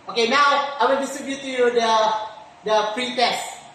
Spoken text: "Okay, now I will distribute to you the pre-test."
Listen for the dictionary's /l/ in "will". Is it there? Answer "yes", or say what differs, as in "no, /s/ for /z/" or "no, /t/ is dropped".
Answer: no, /n/ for /l/